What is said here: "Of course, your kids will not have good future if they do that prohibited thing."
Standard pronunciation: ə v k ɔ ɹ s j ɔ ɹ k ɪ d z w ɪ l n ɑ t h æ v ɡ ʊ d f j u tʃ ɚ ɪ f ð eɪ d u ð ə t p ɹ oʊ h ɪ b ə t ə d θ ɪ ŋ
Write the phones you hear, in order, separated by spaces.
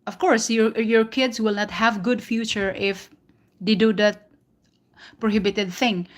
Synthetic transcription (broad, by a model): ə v k ɔ ɹ s j ɔ ɹ k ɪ d s w ɪ l n ɑ t h æ v ɡ ʊ d f j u tʃ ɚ ɪ f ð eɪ d u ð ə t p ɹ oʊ h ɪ b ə t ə d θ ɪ ŋ